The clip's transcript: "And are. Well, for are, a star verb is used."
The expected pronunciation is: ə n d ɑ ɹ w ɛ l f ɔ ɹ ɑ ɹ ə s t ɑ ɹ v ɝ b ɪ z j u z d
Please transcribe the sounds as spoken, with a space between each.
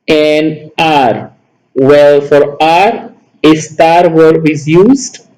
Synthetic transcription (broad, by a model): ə n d ɑ ɹ w ɛ l f ɔ ɹ ɑ ɹ ə s t ɑ ɹ w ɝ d ɪ z j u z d